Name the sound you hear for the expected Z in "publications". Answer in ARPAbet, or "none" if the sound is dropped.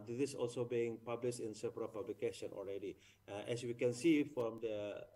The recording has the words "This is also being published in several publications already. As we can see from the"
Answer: none